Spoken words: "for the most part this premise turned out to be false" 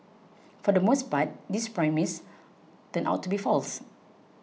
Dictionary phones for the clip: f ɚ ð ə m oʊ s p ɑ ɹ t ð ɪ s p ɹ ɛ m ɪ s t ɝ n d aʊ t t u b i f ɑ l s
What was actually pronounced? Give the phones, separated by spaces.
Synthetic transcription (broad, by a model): f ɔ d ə m oʊ s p ɑ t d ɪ s p ɹ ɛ m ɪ s t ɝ n aʊ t t u b i f ɑ l s